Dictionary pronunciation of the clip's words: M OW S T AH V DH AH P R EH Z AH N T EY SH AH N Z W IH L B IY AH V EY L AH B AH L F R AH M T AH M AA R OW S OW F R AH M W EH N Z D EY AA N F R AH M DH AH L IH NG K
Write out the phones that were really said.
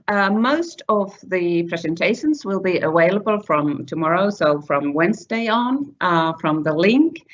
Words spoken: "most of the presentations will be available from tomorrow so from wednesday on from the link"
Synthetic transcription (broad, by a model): M OW S T AH V DH AH P R EH Z AH N T EY SH AH N Z W IH L B IY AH W EY L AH B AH L F R AH M T AH M AA R OW S OW F R AH M W EH N Z D EY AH N F R AH M DH AH L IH NG K